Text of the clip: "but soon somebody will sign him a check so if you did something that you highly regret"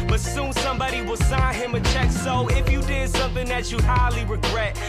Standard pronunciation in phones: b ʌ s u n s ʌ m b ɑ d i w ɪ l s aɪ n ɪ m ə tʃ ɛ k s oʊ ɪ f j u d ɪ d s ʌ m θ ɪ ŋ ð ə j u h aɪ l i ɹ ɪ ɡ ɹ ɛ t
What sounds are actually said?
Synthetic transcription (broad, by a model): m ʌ s u n s ʌ m b ɑ d i w ɪ l s aɪ n ɪ m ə tʃ ɛ k s oʊ ɪ f j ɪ d ɪ d s ʌ m θ ɪ ŋ ð ə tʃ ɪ h aɪ l i ɹ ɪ ɡ ɹ ɛ t